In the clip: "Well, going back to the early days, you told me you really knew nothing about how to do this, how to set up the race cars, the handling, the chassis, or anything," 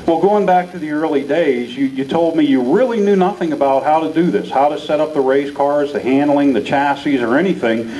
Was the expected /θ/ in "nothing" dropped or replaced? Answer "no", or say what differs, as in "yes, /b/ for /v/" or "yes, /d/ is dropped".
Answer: no